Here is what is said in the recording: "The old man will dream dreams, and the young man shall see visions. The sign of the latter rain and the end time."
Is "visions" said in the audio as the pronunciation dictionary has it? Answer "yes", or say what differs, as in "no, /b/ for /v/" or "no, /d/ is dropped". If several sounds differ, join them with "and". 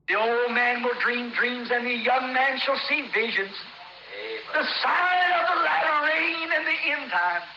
yes